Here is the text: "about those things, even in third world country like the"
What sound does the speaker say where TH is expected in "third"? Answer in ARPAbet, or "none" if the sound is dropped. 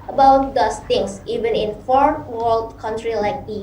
F